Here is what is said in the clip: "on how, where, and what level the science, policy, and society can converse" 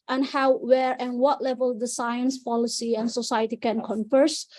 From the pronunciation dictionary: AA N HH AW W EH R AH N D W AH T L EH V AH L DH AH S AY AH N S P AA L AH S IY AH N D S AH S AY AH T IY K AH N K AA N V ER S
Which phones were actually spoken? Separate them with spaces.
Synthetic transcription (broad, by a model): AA N HH AW W EH R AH N W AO T L EH V AH L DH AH S AY AH N S P AA L AH S IY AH N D S AH S AY AH T IY K AH N K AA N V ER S